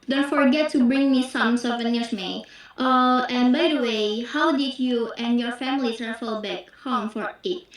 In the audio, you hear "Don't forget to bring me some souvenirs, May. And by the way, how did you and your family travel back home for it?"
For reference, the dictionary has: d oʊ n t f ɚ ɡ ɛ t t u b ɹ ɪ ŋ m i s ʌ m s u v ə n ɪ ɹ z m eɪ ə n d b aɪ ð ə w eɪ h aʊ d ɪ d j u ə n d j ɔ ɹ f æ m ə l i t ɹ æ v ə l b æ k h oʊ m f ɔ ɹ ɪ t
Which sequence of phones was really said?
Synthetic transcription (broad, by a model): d oʊ n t f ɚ ɡ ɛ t t u b ɹ ɪ ŋ m i s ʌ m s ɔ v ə n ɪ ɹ s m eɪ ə n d b aɪ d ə w eɪ h aʊ d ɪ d j u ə n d j ɔ ɹ f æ m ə l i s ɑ f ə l b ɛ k h oʊ m f ɔ ɹ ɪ t